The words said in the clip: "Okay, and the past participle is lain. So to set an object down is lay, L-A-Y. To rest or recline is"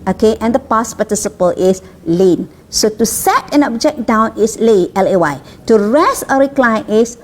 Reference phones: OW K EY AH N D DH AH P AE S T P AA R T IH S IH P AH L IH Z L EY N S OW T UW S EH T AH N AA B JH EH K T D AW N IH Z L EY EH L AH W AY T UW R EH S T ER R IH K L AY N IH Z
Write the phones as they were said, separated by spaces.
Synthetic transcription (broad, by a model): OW K EY AH N D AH P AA S P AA T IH S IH P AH L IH S L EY N S OW T UW S EH T AH N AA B JH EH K D AW N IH S L EY EH L AH W AY T UW R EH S ER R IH K L AY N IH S